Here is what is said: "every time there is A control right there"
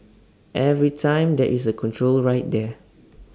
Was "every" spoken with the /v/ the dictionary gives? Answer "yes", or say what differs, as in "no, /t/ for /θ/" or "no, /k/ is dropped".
yes